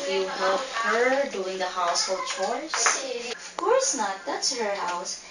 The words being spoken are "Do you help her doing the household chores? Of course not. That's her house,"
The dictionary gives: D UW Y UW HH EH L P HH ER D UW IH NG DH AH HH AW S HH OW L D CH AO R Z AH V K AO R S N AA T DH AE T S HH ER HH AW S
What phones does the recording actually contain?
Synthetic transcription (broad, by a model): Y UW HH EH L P HH ER D UW IH NG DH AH HH AW S HH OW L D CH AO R S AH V K AO R S N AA T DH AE T S HH ER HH AW S